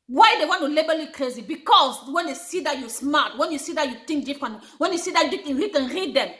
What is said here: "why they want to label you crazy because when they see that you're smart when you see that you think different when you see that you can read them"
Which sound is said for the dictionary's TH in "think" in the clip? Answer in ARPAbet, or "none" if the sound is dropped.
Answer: T